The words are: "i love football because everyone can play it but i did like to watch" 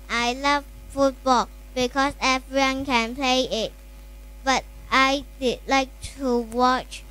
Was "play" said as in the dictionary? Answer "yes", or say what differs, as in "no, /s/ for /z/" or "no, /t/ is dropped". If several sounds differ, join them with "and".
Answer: yes